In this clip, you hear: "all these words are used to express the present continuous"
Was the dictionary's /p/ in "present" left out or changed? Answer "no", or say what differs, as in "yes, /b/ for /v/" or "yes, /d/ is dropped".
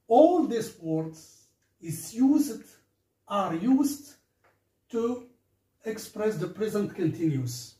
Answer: no